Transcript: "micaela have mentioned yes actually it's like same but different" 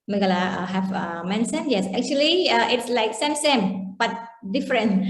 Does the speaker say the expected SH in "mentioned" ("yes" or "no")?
no